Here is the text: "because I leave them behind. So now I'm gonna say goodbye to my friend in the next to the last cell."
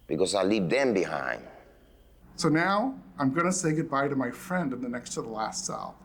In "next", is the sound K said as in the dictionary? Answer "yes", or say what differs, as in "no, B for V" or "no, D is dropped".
yes